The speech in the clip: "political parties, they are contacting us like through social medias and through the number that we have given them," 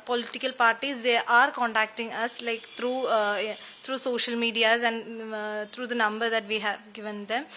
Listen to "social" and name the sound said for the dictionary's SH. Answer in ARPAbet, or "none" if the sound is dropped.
SH